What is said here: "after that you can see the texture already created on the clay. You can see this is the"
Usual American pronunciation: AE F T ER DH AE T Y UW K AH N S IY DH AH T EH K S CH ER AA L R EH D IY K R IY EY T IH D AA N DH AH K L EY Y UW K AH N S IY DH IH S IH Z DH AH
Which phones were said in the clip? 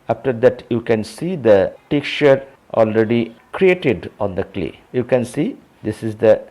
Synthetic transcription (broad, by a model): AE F T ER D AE T Y UW K AH N S IY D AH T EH K CH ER AA L R EH D IY K R IY EY T IH D AA N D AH K L EY Y UW K AH N S IY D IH S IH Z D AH